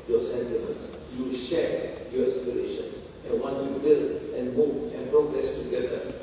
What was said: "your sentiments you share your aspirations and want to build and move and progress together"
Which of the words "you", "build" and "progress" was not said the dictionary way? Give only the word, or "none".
build